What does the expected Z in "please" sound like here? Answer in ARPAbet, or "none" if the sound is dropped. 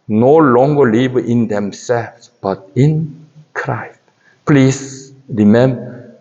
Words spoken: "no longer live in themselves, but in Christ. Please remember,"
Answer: S